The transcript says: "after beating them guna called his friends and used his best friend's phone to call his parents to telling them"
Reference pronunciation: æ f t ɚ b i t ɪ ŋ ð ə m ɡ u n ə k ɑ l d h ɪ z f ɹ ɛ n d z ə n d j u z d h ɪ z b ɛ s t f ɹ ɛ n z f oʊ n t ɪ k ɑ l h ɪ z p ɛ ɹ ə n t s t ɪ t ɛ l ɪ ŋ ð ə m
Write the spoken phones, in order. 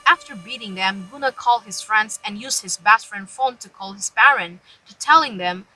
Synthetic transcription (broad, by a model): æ f t ɚ b i t ɪ ŋ ð ə m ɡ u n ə k ɑ l d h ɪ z f ɹ ɛ n d z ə n j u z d h ɪ z b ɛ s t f ɹ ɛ n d f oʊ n t ɪ k ɑ l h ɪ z b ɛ ɹ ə n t t ɪ t ɛ l ɪ ŋ ð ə m